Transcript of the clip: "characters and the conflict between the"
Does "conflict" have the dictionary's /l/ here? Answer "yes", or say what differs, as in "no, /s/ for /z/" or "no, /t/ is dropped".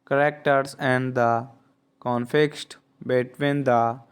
no, /l/ is dropped